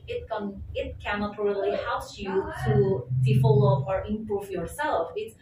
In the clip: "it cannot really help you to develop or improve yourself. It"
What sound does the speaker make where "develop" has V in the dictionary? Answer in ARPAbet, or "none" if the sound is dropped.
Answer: F